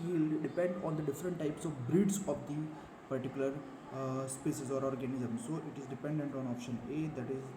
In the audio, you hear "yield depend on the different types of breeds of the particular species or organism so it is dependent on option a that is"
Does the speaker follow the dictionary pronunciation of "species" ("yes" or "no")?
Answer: no